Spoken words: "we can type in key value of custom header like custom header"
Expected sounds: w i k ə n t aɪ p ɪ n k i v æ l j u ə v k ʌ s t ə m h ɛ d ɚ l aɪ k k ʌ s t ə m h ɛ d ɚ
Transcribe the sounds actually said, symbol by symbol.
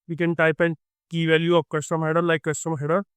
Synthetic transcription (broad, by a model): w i k ə n t aɪ p ɪ n k i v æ l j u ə p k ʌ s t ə m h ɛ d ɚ l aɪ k k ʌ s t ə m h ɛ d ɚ